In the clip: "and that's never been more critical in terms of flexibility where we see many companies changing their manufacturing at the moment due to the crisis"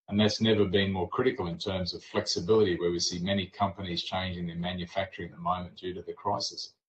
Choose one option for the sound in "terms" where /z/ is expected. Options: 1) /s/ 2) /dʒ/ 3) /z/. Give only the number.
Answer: 3